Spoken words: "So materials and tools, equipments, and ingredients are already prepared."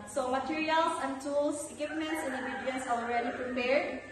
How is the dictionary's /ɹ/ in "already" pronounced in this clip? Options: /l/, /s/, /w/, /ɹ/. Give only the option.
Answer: /ɹ/